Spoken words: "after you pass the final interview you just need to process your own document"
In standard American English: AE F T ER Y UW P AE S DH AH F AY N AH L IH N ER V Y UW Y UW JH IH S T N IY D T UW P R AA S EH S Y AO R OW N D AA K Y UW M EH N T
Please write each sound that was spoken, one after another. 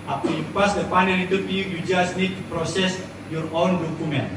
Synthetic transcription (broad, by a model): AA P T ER Y UW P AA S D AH P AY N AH N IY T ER P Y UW Y UW JH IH S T N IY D T UW P R AA S EH S Y AO R OW N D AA K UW M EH N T